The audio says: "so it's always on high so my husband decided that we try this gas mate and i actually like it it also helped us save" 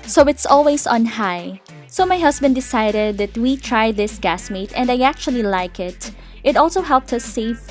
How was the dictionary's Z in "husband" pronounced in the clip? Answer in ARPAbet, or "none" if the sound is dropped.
S